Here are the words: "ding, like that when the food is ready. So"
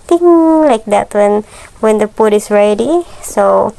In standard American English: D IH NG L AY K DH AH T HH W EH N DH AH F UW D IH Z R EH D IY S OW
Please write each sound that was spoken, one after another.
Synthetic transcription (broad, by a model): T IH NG L AY K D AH T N W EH N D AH P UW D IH S R EH D IY S OW